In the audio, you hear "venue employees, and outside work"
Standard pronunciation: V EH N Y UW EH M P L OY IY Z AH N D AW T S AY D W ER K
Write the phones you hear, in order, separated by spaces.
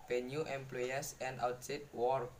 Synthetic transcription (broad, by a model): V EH N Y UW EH M P L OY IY S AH N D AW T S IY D W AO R